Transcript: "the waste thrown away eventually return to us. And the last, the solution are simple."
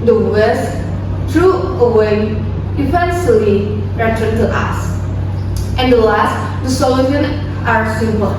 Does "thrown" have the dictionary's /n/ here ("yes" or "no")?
no